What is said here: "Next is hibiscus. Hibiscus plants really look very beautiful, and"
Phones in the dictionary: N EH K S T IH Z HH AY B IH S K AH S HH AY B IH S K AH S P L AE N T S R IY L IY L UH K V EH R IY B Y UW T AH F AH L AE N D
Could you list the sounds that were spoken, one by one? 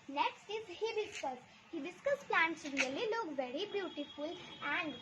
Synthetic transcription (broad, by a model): N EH K S T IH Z HH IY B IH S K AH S HH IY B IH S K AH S P L AE N T S R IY L IY L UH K V EH R IY B Y UW T AH F AH L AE N D